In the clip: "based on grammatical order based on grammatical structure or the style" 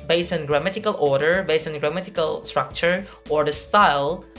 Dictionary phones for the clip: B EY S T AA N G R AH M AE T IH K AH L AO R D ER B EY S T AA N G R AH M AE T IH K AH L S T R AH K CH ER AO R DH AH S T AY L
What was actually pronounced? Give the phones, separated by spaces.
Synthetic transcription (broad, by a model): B EY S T AA N G R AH M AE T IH K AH L AO R D ER B EY S T AA N G R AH M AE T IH K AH L S T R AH K CH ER AO R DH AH S T AY L